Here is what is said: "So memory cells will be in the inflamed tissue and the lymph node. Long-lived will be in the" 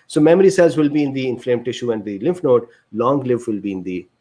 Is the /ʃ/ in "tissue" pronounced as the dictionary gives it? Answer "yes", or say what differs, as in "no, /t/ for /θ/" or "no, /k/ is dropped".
yes